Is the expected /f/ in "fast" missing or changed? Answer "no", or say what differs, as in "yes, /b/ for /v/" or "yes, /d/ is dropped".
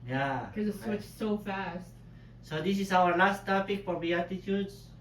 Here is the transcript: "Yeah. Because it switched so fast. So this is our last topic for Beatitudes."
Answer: no